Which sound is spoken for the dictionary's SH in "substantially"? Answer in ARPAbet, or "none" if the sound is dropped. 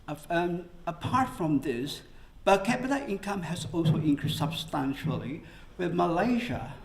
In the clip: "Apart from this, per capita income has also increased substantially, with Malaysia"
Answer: SH